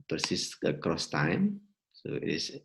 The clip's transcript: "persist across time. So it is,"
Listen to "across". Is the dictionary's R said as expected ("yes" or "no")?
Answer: yes